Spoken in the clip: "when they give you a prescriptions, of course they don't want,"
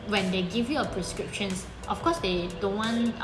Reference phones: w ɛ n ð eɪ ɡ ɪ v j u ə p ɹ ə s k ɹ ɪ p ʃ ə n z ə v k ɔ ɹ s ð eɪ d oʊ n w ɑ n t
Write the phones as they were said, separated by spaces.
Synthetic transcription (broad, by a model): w ɛ n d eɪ ɡ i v j u ə p ɹ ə s k ɹ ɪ p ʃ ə n s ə f k ɔ s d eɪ d oʊ n w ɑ n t